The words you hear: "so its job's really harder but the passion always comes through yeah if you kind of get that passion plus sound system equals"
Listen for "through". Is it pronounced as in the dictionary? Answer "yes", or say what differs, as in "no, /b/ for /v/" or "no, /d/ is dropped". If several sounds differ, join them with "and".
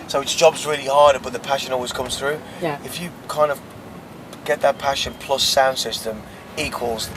yes